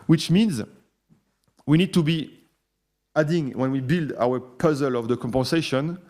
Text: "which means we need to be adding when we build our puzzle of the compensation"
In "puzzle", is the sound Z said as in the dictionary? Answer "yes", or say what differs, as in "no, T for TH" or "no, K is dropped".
yes